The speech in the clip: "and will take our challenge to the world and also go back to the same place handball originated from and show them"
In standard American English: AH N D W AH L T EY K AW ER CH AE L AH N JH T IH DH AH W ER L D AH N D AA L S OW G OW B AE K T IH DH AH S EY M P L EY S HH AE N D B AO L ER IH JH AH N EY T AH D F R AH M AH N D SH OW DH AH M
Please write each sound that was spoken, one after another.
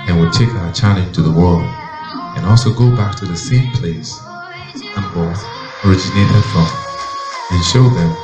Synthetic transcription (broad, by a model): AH N W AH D T EY K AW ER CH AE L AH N T IH DH AH W ER L D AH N AA L S OW G OW B AE K T IH DH AH S EY M P L EY S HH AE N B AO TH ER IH JH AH N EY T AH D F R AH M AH N SH OW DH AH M